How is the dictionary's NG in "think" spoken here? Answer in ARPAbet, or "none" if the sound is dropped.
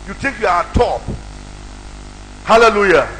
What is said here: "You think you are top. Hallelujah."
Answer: none